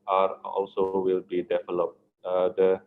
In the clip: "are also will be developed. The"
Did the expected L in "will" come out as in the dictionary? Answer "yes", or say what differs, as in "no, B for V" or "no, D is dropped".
yes